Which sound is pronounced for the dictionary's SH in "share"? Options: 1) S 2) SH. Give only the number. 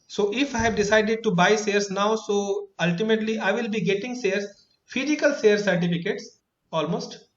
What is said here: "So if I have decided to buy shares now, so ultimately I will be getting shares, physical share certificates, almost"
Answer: 1